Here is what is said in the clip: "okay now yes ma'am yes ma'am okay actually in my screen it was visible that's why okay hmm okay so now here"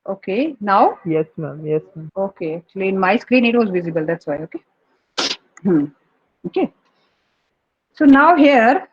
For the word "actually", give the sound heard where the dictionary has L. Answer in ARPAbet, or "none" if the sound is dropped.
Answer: L